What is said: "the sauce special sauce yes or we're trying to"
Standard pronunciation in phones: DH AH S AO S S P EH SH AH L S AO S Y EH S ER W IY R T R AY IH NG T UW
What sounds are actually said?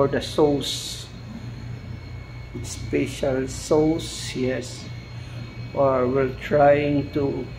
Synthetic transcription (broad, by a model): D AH S AO S S P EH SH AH L S AO S Y EH S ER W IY L T R AY IH NG T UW